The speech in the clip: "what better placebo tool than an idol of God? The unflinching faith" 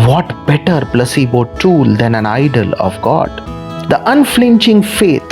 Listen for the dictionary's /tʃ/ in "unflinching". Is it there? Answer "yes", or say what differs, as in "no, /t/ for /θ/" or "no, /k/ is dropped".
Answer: yes